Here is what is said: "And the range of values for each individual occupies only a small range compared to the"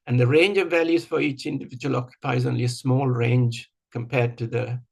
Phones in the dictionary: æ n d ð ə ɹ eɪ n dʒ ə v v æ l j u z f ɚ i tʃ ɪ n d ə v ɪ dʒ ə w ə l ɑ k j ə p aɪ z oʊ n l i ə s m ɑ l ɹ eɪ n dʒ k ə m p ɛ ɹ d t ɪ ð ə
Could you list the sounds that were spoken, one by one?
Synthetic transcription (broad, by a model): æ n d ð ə ɹ eɪ n dʒ ə v v æ l j u z f ɚ i tʃ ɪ n d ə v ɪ dʒ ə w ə l ɑ k j ə p aɪ z oʊ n l i ə s m ɑ l ɹ eɪ n dʒ k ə m p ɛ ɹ d t ɪ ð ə